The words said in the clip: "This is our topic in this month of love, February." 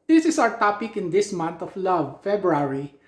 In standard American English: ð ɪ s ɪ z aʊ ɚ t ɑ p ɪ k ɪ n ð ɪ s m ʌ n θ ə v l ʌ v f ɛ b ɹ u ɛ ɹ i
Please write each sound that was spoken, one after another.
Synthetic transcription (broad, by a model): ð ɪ s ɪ s aʊ ɚ t ɑ p ɪ k ɪ n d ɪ s m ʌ n t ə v l ʌ v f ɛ b ɹ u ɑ ɹ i